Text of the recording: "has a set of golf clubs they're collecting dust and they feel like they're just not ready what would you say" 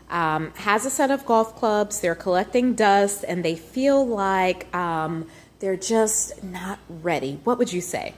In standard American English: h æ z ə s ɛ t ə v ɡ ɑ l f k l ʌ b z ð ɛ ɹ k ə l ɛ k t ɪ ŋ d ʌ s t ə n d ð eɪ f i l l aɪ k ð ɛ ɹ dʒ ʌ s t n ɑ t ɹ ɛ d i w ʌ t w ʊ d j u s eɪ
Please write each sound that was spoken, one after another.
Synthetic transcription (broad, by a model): h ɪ z ə s ɛ t ə v ɡ ɑ l f k l ʌ b z ð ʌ ɹ k ə l ɛ k t ɪ ŋ d ʌ s t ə n ð eɪ f i l l aɪ k ð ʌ ɹ dʒ ʌ s t n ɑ t ɹ ɛ d i w ʌ t w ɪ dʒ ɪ s eɪ